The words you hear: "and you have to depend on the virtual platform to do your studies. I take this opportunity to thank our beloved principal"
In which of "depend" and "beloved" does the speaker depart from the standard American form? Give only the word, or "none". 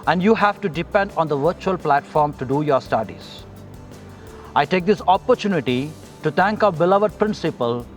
none